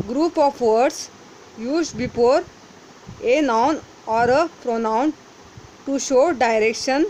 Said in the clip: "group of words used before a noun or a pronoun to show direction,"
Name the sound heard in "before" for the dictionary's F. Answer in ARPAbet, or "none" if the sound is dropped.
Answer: P